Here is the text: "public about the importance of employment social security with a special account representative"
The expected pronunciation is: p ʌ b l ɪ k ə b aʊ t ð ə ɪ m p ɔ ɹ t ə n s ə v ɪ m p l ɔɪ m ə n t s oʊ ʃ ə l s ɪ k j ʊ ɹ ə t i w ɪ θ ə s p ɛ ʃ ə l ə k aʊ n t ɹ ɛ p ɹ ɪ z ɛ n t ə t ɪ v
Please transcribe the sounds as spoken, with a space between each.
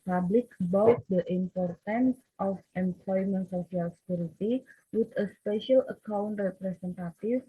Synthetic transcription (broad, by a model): p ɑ b l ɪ k b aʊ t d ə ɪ m p ɔ ɹ t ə n s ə f ɪ m p l ɔɪ m ə n t s oʊ s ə l s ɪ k j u ɹ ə t i w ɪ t ə s p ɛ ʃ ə l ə k aʊ n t ɹ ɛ p ɹ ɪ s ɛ n t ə t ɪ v